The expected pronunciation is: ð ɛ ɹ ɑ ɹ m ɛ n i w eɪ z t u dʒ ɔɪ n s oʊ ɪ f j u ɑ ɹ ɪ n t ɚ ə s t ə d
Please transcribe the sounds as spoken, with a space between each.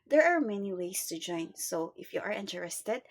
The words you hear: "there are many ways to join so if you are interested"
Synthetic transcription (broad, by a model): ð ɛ ɹ ɑ ɹ m ɛ n i w eɪ s t u dʒ ɔɪ n s oʊ ɪ f j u ɑ ɹ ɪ n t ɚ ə s t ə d